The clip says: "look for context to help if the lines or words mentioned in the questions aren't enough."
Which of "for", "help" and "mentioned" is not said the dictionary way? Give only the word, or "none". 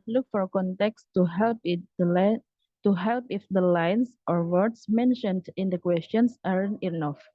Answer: none